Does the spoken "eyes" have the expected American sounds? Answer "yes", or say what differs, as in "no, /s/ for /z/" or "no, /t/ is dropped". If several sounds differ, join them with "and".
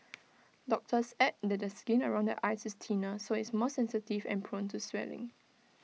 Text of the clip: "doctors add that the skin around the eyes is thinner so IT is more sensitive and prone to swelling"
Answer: no, /s/ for /z/